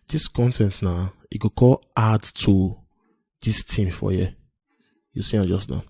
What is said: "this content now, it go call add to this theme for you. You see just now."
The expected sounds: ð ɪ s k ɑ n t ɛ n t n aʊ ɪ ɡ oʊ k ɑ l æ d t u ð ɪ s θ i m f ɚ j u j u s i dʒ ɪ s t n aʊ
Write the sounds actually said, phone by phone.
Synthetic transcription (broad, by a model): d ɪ s k ɑ n t ɛ n t n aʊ ɪ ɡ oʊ k ɑ l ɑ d t u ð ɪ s t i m f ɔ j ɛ j u s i dʒ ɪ s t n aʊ